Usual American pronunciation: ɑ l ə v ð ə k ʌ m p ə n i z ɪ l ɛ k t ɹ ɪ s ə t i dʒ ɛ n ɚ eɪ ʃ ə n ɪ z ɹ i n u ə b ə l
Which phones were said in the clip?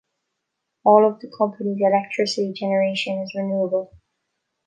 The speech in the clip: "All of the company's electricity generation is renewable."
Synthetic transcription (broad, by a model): ɑ l ə v ð ə k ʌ m p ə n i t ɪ l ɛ k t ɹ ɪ s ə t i dʒ ɛ n ɚ eɪ ʃ ə n ɪ z ɹ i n u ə b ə l